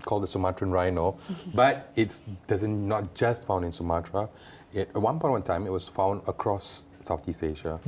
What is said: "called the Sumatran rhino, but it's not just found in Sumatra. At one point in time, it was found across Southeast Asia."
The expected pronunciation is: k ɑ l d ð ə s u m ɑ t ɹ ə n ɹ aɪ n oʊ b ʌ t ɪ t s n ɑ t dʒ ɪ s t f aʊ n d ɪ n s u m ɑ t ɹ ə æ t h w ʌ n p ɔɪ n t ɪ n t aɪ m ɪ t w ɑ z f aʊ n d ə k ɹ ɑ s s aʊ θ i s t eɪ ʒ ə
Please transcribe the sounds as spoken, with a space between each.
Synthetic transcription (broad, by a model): k ɑ l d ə s u m ɑ t ɹ ə n ɹ aɪ n oʊ b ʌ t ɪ t s n ɑ t dʒ ɪ s t f aʊ n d ɪ n s u m ɑ t ɹ ə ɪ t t w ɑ n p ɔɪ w ɪ n t aɪ m ɪ t w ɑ s f aʊ n d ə k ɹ ɑ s s aʊ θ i s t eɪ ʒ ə